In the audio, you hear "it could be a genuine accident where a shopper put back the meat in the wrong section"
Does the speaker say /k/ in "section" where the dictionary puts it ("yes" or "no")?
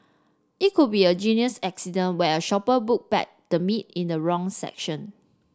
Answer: yes